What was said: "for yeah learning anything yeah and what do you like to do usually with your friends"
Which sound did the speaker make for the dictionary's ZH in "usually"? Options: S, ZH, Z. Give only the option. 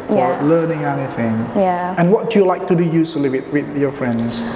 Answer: S